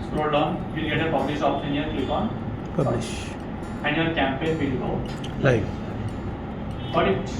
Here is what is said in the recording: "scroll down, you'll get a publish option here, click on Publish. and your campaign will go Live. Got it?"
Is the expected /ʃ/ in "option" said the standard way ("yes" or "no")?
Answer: no